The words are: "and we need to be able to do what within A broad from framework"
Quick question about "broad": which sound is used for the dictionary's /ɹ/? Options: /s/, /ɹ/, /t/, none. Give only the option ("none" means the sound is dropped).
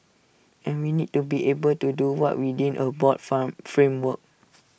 none